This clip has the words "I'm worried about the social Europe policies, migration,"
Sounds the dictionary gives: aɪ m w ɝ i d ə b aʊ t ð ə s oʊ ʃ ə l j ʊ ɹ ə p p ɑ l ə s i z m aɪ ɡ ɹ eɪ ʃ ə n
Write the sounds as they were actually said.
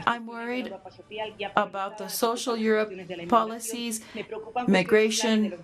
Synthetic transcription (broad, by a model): aɪ m w ɝ i d ə b aʊ t ð ə s oʊ ʃ l j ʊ ɹ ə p p ɑ l ə s i z m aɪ ɡ ɹ eɪ ʃ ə n